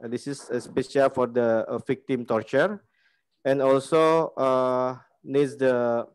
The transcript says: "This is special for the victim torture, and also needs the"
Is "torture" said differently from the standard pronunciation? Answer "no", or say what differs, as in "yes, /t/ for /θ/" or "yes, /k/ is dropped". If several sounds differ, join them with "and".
no